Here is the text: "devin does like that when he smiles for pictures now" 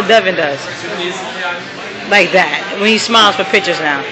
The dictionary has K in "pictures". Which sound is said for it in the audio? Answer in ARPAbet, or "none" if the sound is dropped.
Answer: K